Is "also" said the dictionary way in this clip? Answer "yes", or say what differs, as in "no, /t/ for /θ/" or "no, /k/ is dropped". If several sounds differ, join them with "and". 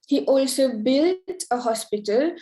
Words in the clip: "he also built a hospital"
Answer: yes